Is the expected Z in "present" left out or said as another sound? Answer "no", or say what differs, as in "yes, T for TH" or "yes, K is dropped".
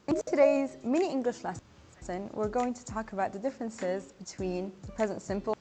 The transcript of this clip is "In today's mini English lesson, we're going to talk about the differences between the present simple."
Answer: no